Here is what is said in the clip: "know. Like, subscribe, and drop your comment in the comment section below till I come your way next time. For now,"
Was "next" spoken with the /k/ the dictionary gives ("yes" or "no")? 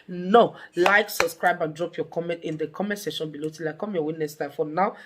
no